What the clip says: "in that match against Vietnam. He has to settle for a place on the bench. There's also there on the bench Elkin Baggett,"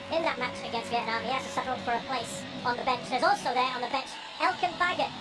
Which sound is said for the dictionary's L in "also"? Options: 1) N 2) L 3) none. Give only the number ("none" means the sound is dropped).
2